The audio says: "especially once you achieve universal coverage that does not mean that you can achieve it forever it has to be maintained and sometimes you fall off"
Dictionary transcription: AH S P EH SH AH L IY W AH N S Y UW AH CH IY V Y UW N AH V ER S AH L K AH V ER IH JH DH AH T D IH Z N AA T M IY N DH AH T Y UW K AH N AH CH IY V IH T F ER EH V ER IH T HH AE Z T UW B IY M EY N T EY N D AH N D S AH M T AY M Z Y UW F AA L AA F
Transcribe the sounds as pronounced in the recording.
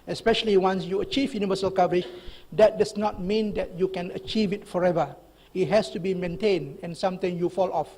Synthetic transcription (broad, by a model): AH S P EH SH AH L IY W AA N S Y UW AH CH IY V Y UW N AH V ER S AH L K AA V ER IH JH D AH T D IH S N AA T M IY N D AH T Y UW K AH N AH CH IY V IH T F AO EH V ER IH T HH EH S T UW B IY M EY N T EY N D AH N S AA M T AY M Y UW F AA L AA F